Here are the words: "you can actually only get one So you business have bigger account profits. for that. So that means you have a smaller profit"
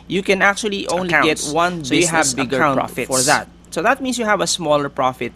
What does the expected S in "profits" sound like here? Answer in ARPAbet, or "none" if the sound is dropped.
none